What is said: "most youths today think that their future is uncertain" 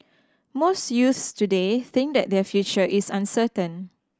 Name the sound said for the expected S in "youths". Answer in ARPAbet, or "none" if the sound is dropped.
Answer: S